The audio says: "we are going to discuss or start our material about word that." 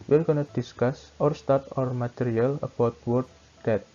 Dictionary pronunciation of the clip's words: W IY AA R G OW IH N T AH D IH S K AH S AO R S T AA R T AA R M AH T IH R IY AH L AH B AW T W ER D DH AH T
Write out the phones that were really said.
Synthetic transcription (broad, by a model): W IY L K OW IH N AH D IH S K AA S AO R S T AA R T AA R M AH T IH R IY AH L AH B AW T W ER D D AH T